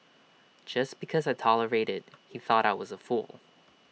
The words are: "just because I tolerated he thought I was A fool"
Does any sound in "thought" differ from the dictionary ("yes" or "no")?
no